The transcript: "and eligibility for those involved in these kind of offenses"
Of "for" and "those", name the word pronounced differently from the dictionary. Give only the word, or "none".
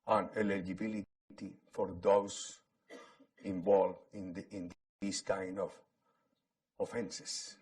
those